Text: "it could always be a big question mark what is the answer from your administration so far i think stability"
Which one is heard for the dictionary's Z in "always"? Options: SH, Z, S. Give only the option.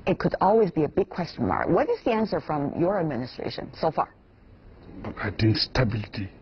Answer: Z